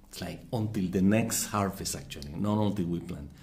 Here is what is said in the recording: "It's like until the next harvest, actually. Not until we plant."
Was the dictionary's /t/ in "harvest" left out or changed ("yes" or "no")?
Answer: yes